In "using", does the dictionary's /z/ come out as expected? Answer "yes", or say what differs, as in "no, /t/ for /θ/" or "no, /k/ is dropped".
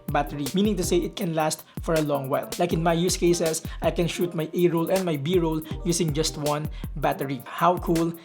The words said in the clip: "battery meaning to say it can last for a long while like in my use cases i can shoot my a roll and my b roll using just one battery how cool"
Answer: no, /s/ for /z/